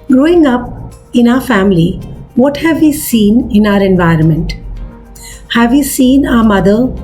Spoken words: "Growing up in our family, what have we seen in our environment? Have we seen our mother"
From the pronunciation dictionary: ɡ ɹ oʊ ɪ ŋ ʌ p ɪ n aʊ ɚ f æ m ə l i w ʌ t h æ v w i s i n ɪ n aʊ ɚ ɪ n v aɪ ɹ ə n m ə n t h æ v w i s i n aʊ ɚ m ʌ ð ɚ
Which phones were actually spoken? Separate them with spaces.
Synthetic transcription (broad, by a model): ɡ ɹ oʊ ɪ ŋ ʌ p ɪ n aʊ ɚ f æ m ə l i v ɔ t h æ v i s i n ɪ n aʊ ɚ ɪ n v aɪ ɹ ə n m ə n t h æ v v i s i n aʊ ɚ m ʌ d ɚ